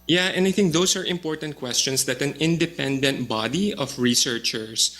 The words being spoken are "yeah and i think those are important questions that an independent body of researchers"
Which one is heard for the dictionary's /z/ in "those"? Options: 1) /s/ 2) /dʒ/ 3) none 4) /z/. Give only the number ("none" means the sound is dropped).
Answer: 1